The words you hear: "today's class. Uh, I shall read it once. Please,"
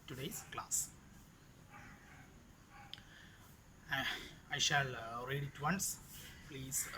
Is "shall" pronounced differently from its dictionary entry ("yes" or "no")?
no